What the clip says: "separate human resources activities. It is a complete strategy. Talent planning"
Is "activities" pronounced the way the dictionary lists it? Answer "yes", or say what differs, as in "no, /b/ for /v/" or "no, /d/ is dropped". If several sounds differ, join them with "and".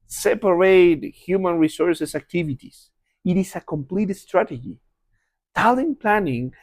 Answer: no, /s/ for /z/